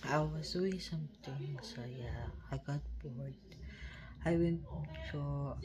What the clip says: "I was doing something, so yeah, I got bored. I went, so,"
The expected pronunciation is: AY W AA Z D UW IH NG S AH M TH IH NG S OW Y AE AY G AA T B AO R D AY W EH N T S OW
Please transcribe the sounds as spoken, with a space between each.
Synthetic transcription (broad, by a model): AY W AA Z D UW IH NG S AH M T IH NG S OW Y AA AY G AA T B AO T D AY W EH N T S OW